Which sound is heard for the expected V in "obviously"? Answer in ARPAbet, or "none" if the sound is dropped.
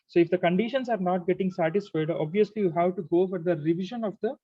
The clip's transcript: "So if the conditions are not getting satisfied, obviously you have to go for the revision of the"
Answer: V